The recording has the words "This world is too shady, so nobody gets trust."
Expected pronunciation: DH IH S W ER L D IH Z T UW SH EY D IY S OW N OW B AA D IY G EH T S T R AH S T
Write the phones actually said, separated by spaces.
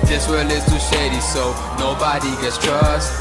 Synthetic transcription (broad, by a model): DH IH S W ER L IH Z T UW SH EY D IY S OW N OW B AA D IY G EH T S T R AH S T